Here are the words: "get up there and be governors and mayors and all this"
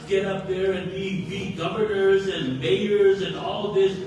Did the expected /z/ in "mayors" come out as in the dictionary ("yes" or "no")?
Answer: yes